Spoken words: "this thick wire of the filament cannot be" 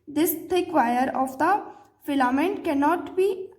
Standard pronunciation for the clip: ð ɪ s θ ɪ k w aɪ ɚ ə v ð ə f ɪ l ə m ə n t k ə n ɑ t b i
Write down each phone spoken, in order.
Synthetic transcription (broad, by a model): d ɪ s t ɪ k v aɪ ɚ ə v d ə f ɪ l ə m ə n t k ə n ɑ t b i